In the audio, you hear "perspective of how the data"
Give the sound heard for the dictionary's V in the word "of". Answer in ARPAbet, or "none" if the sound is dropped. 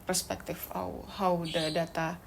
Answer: W